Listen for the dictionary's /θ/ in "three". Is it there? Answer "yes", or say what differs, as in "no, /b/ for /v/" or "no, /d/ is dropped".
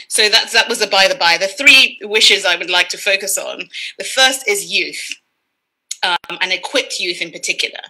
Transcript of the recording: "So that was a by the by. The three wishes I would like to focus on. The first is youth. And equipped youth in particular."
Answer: yes